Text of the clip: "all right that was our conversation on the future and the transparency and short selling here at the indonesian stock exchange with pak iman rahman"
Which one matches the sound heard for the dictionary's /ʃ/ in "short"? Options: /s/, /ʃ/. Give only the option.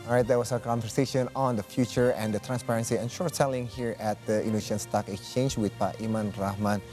/ʃ/